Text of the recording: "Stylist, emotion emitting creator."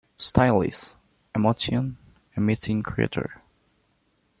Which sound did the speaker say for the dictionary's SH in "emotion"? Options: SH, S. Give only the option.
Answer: S